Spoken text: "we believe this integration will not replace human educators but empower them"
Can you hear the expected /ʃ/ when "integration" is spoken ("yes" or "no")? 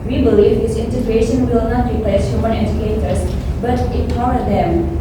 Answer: yes